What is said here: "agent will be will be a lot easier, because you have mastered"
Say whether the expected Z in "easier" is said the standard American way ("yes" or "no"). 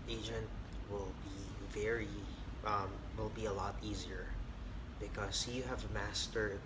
yes